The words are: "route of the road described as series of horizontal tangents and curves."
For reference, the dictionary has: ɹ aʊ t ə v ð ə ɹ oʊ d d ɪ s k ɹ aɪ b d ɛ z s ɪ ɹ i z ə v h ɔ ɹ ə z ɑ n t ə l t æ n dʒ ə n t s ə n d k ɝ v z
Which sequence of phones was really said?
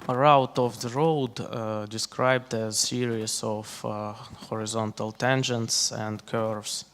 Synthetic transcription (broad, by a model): ɹ aʊ t ə v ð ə ɹ oʊ d d ɪ s k ɹ aɪ b d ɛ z s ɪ ɹ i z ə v h ɔ ɹ ə z ɑ n t ə l t æ n dʒ ə n t s ə n d k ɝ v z